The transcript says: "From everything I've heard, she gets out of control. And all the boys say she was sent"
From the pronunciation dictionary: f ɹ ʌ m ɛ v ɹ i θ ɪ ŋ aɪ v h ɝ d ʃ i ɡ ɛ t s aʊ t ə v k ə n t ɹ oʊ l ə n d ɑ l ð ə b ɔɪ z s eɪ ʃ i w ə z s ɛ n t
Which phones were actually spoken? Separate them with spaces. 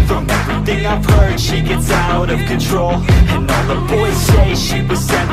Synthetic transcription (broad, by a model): f ɹ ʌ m ɛ v ɹ i θ ɪ ŋ aɪ v h ɝ d ʃ i ɡ ɛ t s aʊ t ə v k ə n t ɹ oʊ l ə n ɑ n ð ə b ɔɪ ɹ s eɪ ʃ i w ə z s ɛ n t